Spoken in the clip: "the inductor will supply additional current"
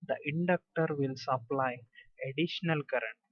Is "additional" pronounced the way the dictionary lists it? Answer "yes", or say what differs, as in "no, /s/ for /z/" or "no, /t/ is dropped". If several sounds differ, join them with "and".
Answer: yes